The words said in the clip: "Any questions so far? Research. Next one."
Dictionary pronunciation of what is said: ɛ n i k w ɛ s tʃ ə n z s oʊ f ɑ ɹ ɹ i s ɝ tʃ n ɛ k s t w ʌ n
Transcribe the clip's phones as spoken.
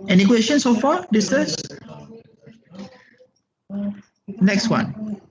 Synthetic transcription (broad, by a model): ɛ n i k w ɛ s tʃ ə n s oʊ f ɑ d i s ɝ s n ɛ k s t w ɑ n